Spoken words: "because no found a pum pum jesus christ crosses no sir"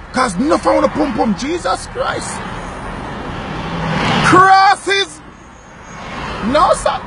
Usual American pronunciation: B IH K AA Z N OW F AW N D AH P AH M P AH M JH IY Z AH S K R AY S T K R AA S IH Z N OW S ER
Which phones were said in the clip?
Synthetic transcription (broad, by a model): K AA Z N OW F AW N AH P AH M P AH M JH IY Z AH S K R AY S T K R AA S IH Z N OW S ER